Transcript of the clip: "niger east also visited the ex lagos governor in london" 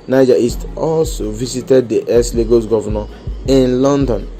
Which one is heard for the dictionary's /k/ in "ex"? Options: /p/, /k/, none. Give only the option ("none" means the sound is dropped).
none